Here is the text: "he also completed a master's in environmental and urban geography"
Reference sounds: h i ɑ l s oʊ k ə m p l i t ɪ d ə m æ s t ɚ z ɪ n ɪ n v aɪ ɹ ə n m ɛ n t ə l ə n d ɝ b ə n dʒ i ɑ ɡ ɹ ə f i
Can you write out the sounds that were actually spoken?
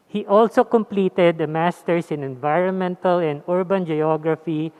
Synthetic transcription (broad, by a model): h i ɑ l s oʊ k ə m p l i t ɪ d ə m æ s t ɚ s ɪ n ɪ n v aɪ ɹ ə n m ɛ n t ə l ə n d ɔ b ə n dʒ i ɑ ɡ ɹ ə f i